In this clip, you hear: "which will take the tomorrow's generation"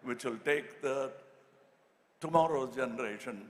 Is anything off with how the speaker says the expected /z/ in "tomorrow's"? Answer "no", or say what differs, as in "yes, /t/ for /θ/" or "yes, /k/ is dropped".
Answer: yes, /z/ is dropped